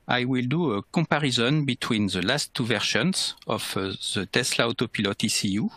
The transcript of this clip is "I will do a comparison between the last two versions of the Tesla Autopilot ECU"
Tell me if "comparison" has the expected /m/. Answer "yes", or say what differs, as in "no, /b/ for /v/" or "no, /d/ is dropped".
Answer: no, /m/ is dropped